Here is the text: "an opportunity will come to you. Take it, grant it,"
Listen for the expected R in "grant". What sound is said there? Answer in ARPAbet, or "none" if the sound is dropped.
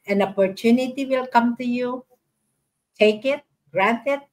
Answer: R